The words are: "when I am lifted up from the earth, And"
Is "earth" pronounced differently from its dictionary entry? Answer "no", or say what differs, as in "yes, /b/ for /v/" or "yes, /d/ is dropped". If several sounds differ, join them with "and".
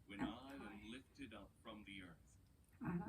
no